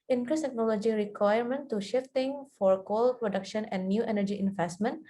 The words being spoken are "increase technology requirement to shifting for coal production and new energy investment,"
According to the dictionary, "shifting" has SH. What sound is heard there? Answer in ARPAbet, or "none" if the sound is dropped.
SH